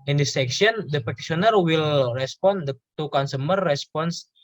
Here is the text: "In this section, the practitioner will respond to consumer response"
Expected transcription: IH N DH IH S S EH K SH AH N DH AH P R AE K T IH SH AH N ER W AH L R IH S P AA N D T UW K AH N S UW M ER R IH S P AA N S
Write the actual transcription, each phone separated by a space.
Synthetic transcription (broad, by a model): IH N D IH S S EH K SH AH N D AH P AE T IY S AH N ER W AH L R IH S P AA N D T UW K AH N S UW M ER R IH S P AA N S